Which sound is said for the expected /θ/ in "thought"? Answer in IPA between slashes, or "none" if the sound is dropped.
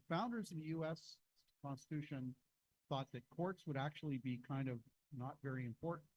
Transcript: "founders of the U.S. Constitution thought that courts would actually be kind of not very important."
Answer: /θ/